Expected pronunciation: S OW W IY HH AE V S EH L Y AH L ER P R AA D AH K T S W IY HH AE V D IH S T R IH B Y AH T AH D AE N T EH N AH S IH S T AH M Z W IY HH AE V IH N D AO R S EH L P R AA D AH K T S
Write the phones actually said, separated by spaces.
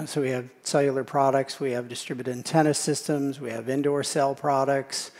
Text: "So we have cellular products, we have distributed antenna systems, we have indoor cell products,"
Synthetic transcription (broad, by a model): S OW W IY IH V S EH L Y L ER P R AA D AH K T S W IY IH V D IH S T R IH B Y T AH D N T EH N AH S IH S T AH M Z W IY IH V IH N D AO R S EH L P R AA D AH K T S